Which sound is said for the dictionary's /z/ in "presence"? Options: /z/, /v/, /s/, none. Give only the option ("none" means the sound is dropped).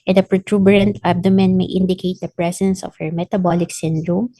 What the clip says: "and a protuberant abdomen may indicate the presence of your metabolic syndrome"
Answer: /s/